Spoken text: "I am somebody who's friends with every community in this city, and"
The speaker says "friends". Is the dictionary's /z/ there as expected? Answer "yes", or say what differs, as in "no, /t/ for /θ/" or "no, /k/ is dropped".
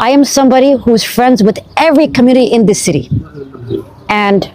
yes